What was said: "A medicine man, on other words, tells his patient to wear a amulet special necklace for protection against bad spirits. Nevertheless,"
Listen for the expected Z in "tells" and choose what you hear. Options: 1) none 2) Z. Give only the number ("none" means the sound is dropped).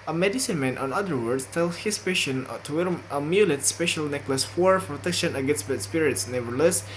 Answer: 1